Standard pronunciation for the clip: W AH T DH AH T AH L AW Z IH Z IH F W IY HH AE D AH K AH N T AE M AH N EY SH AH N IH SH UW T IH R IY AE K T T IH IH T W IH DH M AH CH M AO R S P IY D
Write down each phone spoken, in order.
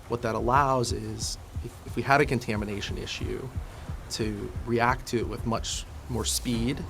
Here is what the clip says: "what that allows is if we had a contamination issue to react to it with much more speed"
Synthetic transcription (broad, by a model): W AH T DH AH T AH L AW Z IH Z IH F W IY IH D AH K AH N T AE M AH N EY SH AH N IH SH UW T IH R IY AE K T T IH IH T W IH DH M AH CH M AO R S P IY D